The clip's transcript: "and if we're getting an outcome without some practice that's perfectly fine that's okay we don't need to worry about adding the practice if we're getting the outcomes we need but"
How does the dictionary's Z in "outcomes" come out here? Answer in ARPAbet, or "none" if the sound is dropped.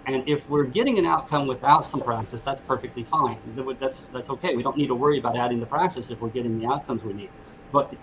Z